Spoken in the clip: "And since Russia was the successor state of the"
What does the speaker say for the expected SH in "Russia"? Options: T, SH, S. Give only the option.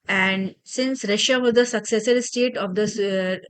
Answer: SH